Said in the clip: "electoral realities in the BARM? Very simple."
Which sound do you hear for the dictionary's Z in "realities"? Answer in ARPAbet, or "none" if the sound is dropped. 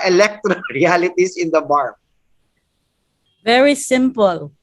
S